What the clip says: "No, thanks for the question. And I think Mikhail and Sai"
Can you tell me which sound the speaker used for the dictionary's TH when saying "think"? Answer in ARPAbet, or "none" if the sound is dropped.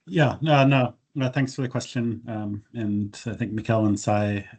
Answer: TH